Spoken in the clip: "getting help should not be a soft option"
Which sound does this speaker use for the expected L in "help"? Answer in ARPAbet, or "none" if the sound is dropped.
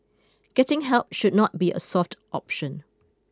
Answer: L